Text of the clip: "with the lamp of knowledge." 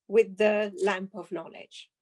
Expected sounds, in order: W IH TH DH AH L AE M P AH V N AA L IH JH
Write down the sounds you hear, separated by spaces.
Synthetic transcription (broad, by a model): W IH DH AH L AE M P AH V N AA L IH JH